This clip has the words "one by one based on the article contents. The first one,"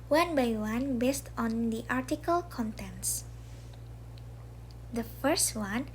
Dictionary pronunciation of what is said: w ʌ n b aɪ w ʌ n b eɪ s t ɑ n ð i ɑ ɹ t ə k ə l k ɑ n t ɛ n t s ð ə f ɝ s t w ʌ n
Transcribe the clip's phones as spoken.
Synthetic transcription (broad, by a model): w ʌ n b aɪ w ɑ n b eɪ s t ɑ n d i ɑ ɹ t ə k ə l k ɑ n t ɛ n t s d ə f ɝ s t w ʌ n